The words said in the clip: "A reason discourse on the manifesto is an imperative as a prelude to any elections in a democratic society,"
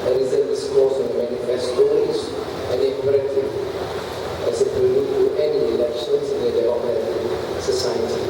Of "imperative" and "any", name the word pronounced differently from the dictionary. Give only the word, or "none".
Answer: imperative